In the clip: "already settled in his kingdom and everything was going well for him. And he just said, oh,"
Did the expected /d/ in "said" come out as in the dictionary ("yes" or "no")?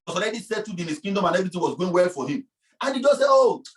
no